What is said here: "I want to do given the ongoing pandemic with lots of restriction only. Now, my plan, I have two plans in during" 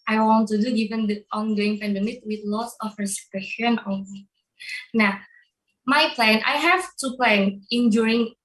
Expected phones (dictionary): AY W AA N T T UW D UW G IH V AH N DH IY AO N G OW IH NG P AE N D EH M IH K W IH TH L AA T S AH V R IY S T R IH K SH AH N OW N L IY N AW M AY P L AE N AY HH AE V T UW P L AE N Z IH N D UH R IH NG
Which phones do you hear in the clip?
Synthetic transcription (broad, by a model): AY W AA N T T UW D UW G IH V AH N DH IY AO N G OW IH NG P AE N D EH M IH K W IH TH L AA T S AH F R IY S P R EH SH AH N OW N IY N AW M AY P L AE N AY HH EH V T UW P L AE N IH N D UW R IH NG